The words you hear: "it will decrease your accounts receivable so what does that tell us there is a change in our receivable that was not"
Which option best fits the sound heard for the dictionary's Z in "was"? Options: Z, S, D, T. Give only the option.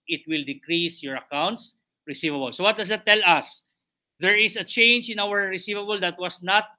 S